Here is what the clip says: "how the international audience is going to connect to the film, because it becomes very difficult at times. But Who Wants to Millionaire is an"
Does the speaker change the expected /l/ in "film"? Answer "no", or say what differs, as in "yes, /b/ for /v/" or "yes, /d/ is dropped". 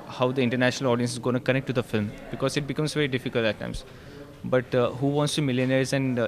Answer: no